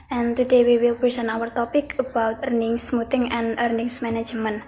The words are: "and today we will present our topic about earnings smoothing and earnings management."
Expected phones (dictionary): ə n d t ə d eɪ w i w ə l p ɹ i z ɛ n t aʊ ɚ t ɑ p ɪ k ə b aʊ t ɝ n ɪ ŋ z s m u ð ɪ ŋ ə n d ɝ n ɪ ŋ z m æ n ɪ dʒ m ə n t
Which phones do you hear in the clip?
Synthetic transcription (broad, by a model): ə n t ə d eɪ w i w ə l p ɹ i s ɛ n aʊ ɚ t ɑ p ɪ k ə b aʊ t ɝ n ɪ ŋ s m u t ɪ ŋ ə n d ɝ n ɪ ŋ s m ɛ n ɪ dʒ m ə n